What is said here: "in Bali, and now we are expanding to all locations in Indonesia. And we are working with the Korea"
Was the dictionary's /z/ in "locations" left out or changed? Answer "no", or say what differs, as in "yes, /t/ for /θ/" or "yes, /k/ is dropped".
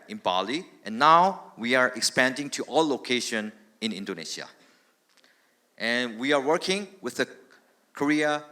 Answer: yes, /z/ is dropped